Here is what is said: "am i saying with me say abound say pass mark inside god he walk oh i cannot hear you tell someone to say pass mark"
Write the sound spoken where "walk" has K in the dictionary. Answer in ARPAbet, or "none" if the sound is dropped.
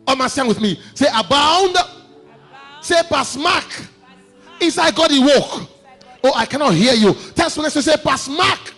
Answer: K